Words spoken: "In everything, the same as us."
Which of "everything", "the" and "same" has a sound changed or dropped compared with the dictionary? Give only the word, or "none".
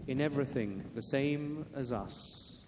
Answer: none